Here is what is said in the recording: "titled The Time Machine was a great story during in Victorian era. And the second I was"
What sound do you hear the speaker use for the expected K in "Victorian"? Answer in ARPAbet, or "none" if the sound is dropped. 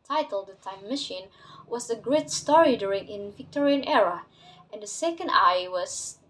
K